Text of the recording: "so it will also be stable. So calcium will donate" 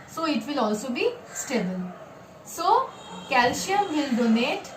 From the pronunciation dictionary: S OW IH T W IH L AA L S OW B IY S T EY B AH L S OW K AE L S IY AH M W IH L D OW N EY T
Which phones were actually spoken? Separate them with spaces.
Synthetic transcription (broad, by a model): S OW IH T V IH L AA L S OW B IY S T EY B AH L S OW K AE L SH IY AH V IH L D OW N EY T